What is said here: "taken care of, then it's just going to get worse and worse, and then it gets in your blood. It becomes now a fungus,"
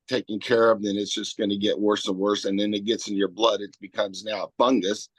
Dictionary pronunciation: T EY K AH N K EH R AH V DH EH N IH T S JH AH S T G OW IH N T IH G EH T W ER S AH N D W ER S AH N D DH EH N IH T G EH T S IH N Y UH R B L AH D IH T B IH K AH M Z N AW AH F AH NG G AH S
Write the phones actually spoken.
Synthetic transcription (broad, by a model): T EY K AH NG K EH R AH V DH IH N IH T S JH AH S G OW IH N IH G EH T W ER S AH N W ER S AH N DH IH N IH T G EH T S IH N Y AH R B L AH D IH T B IH K AH M Z N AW AH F AH NG G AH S